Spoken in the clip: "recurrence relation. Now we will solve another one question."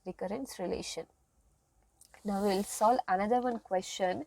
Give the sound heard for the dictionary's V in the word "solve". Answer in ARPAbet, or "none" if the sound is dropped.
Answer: none